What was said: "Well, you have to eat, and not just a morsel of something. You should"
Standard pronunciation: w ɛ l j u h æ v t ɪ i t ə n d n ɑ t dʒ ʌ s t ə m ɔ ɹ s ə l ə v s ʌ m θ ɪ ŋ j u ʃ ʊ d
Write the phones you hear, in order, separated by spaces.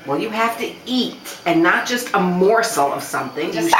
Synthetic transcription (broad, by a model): w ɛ l j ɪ h æ f t ɪ i t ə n n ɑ t dʒ ʌ s t ə m ɔ ɹ s l ə v s ʌ m θ ɪ ŋ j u